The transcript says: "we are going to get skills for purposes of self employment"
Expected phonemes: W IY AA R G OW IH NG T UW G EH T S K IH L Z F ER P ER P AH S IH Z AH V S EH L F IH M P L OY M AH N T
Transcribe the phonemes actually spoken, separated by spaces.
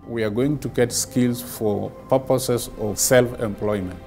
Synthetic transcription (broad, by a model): W IY AA R G OW IH NG T UW G EH T S K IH L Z F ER P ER P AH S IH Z AH V S EH L F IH M P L OY M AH N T